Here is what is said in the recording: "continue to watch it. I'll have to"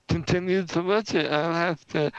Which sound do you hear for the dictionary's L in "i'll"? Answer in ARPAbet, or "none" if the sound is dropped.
L